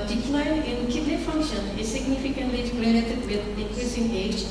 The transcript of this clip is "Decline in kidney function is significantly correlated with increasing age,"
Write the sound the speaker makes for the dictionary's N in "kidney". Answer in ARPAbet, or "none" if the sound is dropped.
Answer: L